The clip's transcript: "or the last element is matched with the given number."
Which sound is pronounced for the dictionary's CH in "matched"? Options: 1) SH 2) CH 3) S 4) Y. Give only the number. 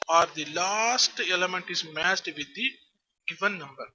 3